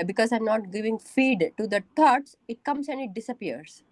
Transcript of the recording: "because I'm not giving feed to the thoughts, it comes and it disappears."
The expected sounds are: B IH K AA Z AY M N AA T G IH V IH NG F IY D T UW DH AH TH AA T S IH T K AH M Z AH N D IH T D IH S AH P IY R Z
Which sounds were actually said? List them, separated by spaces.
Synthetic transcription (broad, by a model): B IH K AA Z AY M N AA T G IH V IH NG F IY D T UW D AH T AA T S IH T K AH M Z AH N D IH T D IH S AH P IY R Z